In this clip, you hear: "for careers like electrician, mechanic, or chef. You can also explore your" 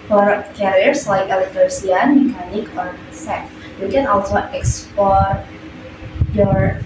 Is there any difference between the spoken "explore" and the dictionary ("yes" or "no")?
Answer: yes